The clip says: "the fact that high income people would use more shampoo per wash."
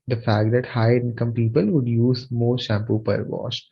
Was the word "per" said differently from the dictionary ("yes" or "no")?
no